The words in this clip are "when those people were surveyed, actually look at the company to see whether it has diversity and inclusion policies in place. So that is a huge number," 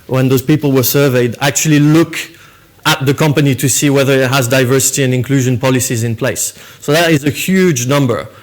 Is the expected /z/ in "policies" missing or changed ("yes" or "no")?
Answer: no